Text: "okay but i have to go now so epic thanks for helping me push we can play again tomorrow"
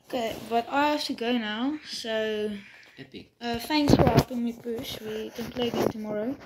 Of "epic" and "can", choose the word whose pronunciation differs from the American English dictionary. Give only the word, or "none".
epic